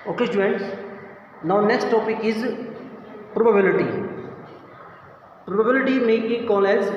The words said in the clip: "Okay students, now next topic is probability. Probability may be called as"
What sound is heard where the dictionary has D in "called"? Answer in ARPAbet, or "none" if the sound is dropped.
none